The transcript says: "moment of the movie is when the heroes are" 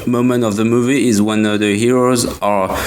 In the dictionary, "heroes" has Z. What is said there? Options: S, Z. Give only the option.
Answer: Z